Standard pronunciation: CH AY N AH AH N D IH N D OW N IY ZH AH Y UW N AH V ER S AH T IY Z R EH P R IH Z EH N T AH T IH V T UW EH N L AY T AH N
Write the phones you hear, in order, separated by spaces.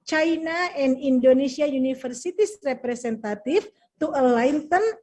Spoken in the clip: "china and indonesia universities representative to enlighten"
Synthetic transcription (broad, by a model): CH AY N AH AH N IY N D OW N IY S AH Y UW N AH F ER S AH T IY S R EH P R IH S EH N T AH T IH F T UW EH L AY T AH N